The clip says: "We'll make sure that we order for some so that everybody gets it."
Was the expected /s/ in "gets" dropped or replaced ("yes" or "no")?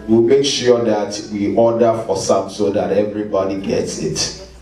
no